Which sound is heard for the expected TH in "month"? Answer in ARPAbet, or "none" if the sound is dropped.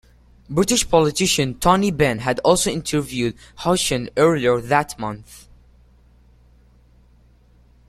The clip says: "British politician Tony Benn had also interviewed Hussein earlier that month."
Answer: TH